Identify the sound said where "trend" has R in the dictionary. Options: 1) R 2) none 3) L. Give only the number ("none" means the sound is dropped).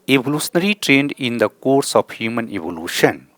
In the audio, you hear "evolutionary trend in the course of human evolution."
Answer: 1